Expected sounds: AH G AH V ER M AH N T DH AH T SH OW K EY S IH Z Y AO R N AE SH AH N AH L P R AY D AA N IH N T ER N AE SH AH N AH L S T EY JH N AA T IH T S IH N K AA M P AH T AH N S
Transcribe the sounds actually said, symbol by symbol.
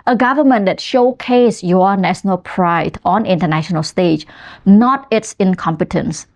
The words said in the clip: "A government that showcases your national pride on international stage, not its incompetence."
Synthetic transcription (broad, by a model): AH G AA V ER M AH N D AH T SH OW K EY S Y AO N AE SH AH N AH L P R AY D AA N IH N T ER N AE SH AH N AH L S T EY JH N AA T IH T S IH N K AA M P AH T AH N S